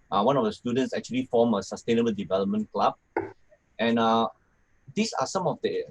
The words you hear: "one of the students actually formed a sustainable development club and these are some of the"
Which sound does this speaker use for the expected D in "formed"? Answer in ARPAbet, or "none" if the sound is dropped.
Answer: none